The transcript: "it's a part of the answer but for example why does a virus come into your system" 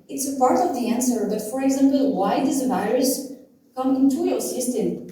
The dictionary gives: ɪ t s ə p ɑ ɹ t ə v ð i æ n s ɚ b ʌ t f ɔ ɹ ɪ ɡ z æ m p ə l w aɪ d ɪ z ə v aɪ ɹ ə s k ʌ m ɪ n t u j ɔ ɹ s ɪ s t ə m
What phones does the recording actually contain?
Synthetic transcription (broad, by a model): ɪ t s ə p ɑ ɹ t ə v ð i æ n s ɚ b ʌ t f ɔ ɹ ɪ ɡ z æ m p ə l w aɪ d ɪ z ə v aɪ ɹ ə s k ʌ m ɪ n t u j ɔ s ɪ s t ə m